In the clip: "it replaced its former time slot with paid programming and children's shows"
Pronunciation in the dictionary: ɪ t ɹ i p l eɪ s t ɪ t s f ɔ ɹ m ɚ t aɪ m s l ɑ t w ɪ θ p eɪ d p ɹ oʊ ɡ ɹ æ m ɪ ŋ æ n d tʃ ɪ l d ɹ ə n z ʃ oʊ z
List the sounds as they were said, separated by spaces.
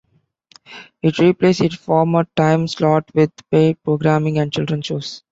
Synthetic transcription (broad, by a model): ɪ t ɹ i p l eɪ s ɪ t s f ɔ ɹ m ɚ t aɪ m s l ɑ t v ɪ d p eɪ p ɹ oʊ ɡ ɹ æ m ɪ ŋ æ n d tʃ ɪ l d ɹ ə n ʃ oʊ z